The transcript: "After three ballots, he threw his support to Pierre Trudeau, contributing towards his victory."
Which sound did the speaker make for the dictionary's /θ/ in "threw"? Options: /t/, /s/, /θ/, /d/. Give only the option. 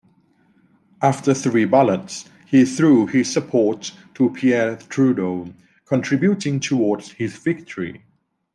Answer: /θ/